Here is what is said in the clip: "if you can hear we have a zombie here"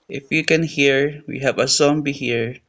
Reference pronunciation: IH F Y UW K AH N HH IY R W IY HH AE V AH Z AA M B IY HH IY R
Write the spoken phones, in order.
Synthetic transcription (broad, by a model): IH F Y UW K AH N HH IY R W IY HH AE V AH S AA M B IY HH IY R